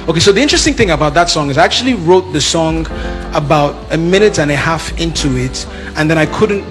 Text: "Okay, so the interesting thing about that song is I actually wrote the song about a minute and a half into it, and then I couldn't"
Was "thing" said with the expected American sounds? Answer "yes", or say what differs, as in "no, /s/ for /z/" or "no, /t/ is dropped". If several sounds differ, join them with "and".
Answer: yes